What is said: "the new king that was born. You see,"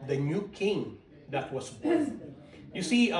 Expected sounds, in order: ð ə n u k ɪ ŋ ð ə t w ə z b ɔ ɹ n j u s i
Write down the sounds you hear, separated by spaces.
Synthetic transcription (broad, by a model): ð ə n u k ɪ ŋ ð ə t w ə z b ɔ j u s i